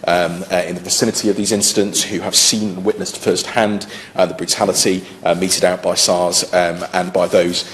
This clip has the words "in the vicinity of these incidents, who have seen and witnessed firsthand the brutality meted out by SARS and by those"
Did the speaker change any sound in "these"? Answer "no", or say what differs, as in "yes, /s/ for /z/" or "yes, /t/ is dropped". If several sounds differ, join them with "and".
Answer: no